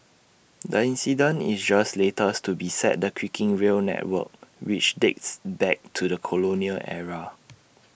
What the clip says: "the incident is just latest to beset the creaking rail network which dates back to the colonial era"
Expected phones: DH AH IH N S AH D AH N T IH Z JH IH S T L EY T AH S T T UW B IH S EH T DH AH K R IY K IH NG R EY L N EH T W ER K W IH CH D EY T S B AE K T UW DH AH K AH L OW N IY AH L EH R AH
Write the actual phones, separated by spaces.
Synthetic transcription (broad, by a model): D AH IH N S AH D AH N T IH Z JH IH S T L EY T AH S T T UW B IH S EH T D AH K W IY K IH NG R EY L N EH T W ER K W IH CH D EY T S B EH K T UW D AH K AH L OW N IY AH L EH R AH